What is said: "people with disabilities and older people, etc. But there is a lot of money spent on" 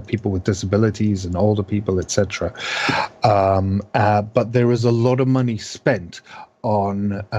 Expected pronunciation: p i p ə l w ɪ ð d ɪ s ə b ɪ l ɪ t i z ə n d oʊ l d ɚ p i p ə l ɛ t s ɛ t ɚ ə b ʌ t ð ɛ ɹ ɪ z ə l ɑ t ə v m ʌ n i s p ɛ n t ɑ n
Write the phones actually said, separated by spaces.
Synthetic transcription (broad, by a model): p i p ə l w ɪ ð d ɪ s ə b ɪ l ɪ t i z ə n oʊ l d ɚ p i p ə l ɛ t s ɛ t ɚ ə b ʌ t ð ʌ ɹ ɪ z ə l ɑ t ə v m ʌ n i s p ɛ n t n